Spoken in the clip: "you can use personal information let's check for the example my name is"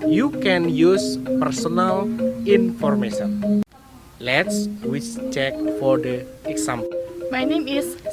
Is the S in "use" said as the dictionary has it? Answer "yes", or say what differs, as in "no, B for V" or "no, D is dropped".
yes